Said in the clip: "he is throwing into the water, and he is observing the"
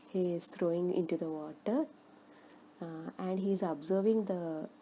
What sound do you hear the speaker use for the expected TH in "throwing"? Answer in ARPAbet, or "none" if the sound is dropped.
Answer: T